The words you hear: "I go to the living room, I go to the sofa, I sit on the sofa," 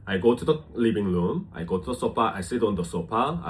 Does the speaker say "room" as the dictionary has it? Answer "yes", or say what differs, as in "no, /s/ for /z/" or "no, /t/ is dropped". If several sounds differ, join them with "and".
no, /l/ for /ɹ/